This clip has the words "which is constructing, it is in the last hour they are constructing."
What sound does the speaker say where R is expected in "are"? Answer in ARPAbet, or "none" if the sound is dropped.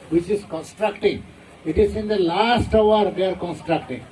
R